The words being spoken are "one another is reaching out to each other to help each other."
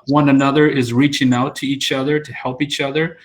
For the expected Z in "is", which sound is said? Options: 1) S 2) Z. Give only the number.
2